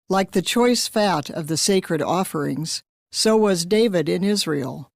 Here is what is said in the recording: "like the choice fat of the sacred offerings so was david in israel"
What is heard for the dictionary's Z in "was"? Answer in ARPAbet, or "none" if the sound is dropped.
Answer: Z